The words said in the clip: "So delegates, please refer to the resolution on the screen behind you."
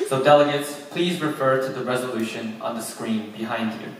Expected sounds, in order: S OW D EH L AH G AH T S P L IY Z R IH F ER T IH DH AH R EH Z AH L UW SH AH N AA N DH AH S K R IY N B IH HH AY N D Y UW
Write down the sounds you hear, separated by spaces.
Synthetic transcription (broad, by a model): S OW D EH L AH G AH T S P L IY Z R IH F ER T IH DH AH R EH Z AH L UW SH AH N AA N DH AH S K R IY N B IH HH AY N D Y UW